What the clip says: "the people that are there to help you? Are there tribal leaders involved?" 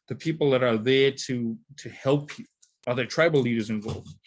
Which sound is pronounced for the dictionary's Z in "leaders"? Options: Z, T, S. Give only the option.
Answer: Z